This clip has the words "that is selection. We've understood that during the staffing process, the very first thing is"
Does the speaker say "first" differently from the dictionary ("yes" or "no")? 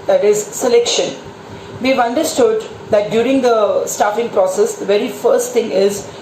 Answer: no